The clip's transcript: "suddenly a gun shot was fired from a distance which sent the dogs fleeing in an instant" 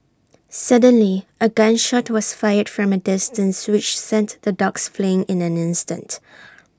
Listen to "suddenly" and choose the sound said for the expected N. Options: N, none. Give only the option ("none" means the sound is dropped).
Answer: N